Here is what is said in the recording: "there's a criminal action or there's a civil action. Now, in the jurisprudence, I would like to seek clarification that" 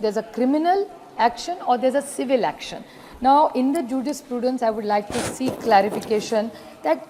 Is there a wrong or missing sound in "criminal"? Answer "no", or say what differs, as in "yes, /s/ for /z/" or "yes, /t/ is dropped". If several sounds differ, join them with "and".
no